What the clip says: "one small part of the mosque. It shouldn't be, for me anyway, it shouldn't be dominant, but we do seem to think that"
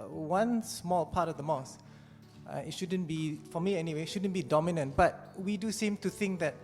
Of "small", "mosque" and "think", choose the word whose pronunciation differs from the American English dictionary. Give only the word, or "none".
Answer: mosque